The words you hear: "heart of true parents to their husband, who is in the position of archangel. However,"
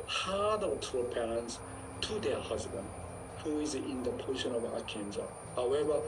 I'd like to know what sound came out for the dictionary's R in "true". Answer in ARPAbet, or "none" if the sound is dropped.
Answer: none